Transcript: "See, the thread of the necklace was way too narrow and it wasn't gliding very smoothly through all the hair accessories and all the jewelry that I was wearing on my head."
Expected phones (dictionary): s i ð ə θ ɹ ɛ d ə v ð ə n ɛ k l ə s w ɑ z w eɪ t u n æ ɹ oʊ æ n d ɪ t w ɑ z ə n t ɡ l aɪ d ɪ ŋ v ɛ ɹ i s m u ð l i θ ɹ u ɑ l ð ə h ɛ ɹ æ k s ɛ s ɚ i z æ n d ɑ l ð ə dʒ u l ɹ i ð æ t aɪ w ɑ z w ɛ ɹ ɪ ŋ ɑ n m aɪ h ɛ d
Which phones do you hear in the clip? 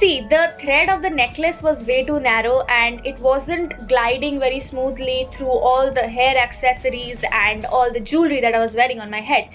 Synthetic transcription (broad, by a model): i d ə t ɹ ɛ d ə v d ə n ɛ k l ə s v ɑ z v eɪ t u n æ ɹ oʊ æ n d ɪ t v ɑ z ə n t ɡ l aɪ d ɪ ŋ v ɛ ɹ i s m u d l i t ɹ u ɑ l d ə h ɛ ɹ æ k s ɛ s ɚ i z æ n d ɑ l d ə dʒ u l ɹ i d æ t aɪ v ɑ z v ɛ ɹ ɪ ŋ ɑ n m aɪ h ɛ d